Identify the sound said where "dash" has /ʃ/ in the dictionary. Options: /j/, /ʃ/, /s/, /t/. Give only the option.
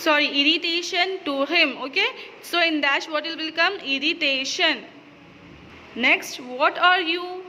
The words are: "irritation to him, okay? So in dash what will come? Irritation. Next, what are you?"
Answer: /s/